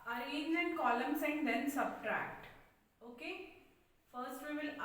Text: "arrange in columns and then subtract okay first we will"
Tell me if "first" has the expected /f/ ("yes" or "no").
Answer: yes